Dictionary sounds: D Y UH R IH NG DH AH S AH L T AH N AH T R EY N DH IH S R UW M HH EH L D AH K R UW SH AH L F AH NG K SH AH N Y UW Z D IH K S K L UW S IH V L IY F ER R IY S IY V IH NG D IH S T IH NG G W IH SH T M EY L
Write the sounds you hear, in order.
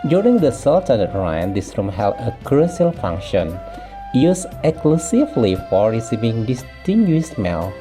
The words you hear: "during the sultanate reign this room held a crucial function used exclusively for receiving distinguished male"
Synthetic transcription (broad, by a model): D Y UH R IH NG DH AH S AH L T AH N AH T R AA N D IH S R UW M HH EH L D AH K R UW S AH L F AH NG K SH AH N Y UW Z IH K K L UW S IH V L IY F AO R IY S IY V IH NG D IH S T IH NG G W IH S M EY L